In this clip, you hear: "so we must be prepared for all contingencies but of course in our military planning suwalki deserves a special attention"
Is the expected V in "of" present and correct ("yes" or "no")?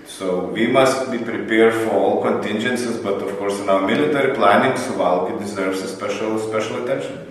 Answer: no